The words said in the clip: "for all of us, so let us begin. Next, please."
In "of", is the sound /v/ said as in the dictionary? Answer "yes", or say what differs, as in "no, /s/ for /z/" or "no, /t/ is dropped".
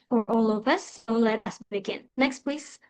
no, /p/ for /v/